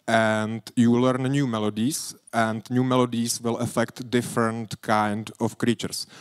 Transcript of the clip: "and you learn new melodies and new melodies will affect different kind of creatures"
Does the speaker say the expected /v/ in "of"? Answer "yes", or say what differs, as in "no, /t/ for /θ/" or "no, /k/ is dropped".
no, /f/ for /v/